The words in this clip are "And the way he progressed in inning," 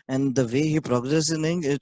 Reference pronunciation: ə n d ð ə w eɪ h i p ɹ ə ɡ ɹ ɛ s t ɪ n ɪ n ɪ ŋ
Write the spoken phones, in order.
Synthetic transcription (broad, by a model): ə n d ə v eɪ h i p ɹ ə ɡ ɹ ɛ s ɪ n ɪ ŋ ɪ